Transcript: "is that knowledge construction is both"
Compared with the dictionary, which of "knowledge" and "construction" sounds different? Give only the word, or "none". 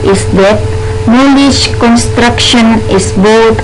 knowledge